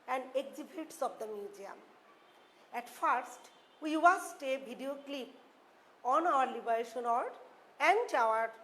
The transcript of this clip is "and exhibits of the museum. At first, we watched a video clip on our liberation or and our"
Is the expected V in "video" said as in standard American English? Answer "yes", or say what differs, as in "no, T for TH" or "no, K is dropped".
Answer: no, B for V